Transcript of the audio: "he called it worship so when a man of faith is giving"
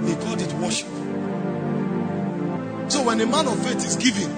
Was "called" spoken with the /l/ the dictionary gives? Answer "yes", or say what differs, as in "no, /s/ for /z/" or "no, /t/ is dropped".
no, /l/ is dropped